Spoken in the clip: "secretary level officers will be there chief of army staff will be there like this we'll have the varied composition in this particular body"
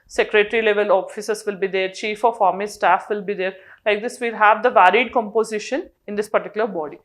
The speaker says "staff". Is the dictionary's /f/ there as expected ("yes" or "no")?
yes